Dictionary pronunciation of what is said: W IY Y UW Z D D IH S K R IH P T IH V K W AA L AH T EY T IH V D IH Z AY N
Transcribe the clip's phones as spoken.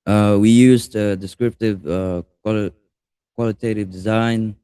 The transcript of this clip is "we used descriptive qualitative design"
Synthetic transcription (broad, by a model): W IY Y UW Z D D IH S K R IH P T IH V K W AA L AH T EY T IH V D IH Z AY N